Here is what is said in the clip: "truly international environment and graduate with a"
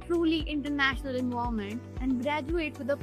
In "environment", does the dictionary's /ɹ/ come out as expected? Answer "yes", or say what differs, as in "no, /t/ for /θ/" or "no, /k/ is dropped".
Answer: no, /ɹ/ is dropped